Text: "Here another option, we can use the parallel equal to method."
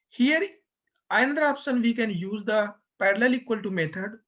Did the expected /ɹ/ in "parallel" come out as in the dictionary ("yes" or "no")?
yes